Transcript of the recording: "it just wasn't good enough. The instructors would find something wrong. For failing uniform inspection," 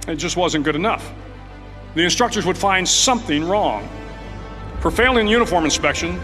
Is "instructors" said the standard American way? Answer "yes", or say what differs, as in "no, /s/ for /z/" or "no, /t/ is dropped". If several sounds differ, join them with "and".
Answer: yes